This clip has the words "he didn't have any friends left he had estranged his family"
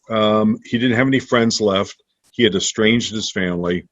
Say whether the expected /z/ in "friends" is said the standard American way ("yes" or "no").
yes